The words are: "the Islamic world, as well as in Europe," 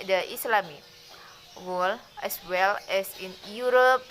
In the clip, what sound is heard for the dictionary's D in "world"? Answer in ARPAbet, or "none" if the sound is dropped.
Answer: none